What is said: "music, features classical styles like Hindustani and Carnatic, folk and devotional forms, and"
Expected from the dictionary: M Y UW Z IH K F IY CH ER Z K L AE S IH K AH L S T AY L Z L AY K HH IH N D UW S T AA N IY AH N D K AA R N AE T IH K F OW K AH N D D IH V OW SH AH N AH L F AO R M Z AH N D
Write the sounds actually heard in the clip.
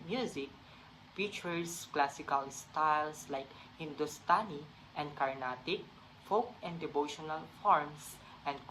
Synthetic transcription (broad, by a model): M Y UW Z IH K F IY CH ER S K L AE S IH K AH L S T AY L S L AY K HH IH N D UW S T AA N IY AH N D K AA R N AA T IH K F OW K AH N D D IH V OW SH AH N AH L F AO R M S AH N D